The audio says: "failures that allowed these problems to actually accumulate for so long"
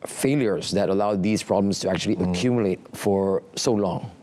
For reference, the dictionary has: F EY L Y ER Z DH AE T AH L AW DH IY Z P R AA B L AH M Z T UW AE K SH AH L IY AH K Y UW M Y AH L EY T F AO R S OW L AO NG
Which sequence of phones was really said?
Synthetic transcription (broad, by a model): F EY L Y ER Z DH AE T AH L AW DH IY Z P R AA B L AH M S T UW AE K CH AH L IY AH K Y UW M Y AH L EY T F AO R S OW L AO NG